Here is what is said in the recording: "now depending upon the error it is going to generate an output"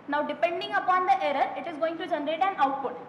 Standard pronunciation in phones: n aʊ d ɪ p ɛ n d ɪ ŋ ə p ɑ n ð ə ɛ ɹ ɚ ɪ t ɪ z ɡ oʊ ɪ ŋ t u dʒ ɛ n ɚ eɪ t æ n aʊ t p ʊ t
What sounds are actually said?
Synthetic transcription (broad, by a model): n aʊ d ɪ p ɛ n d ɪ ŋ ə p ɑ n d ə ɛ ɹ ɚ ɪ t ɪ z ɡ oʊ ɪ ŋ t u dʒ ɛ n ɚ eɪ t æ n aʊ t p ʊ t